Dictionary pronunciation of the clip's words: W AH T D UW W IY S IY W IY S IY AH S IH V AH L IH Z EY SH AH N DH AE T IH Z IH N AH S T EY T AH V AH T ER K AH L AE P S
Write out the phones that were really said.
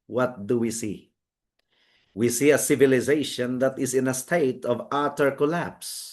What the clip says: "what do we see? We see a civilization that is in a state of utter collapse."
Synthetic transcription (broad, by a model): W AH T D UW W IY S IY W IY S IY AH S IH V AH L IH Z EY SH AH N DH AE T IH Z IH N AH S T EY T AH V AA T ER K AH L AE P S